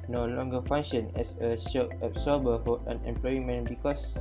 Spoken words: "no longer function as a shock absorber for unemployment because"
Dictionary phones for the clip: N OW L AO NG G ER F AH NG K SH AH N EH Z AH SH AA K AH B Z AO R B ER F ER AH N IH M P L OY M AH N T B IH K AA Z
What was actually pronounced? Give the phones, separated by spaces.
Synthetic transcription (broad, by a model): N OW L AO NG G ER F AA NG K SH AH N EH S AH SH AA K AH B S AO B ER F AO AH N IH M P L OY M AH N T B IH K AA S